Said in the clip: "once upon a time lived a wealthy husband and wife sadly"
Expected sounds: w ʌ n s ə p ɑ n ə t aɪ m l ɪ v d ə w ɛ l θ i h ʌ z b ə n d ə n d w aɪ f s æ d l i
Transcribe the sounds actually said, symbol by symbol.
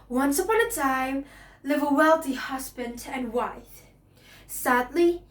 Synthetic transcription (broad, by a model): w ʌ n s ə p ɑ n ə t aɪ m l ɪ v ə w ɛ l θ i h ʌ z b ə n d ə n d w aɪ f s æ d l i